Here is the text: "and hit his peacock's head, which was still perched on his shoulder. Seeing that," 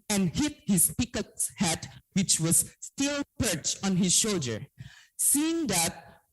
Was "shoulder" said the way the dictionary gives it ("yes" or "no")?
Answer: yes